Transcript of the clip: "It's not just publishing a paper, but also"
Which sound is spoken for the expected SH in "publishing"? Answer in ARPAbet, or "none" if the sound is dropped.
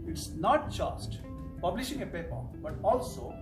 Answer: SH